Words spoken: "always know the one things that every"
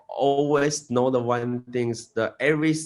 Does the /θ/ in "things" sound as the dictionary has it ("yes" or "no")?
no